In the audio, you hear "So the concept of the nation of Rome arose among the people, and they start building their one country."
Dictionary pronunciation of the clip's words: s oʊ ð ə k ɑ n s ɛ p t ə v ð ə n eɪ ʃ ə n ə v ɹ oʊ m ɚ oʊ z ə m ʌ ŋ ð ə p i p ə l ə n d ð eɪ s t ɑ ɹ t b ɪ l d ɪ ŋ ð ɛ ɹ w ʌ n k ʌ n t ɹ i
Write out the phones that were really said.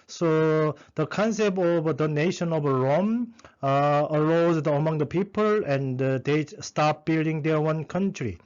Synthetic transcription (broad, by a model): s oʊ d ə k ɑ n s ɛ p t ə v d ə n eɪ ʃ ə n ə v ɹ oʊ m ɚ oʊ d ə m ʌ ŋ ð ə p i p ə l ə n d eɪ s t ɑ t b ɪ l d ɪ ŋ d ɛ w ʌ n k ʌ n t ɹ i